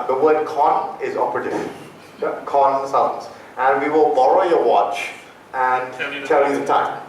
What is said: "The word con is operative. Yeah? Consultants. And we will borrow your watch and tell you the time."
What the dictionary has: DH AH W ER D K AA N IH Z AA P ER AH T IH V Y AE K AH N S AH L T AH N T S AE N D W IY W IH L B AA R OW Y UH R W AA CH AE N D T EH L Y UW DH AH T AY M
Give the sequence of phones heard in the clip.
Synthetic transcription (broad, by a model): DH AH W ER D K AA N IH Z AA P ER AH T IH K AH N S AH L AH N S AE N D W IY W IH L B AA L OW Y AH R W AA CH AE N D T EH L Y UW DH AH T AY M